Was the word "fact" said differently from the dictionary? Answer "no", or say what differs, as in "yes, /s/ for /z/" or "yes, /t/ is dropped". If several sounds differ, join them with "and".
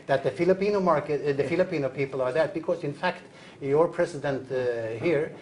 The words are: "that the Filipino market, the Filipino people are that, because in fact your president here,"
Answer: no